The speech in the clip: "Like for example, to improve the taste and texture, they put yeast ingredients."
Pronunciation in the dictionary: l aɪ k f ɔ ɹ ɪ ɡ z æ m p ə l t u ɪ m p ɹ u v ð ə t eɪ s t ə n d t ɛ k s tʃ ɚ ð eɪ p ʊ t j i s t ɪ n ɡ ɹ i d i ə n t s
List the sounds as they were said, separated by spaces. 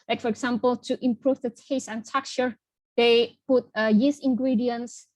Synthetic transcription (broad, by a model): l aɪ k f ɔ ɹ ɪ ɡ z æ m p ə l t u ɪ m p ɹ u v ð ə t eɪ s ə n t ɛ k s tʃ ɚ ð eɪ p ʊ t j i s ɪ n ɡ ɹ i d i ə n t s